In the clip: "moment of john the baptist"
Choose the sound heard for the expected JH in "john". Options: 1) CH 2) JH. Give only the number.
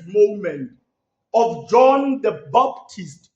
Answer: 2